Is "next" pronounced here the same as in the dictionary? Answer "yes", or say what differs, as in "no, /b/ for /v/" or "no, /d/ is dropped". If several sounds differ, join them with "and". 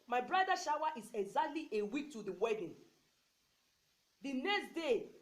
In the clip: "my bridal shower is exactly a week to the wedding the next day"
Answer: yes